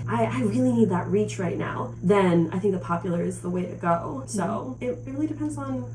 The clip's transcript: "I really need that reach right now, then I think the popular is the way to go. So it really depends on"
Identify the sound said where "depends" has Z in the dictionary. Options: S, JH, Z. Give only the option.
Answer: Z